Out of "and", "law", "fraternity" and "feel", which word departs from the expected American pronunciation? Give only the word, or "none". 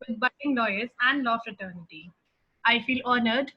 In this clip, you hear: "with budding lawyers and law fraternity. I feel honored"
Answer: none